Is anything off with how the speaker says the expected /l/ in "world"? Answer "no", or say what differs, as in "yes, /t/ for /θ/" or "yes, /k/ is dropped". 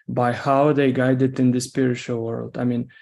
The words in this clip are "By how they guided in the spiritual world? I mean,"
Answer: no